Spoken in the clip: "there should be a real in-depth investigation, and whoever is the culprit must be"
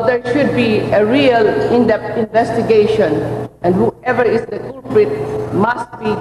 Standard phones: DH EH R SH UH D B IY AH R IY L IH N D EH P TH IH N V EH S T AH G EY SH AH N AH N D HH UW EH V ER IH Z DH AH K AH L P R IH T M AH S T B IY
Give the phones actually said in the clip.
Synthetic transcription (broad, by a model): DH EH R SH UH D B IY AH R IY L IH N D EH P T IH N V EH S T AH G EY SH AH N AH N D HH UW EH V ER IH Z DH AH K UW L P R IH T M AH S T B IY